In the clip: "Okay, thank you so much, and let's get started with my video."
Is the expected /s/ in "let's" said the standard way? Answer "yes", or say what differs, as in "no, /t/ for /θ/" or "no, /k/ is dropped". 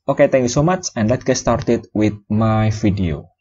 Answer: no, /s/ is dropped